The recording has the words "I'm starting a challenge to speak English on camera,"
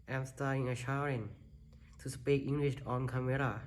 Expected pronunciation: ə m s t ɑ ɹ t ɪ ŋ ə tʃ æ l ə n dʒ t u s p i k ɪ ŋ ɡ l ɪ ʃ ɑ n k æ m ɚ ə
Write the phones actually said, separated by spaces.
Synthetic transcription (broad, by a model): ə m s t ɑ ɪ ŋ ə ʃ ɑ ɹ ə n t u s p i k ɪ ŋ ɡ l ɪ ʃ ɑ n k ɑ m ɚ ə